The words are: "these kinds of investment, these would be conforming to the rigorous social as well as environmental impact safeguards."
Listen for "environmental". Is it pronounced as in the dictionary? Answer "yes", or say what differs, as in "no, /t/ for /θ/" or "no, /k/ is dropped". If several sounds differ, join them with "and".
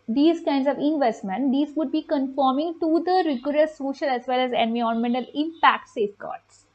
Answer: no, /ɹ/ is dropped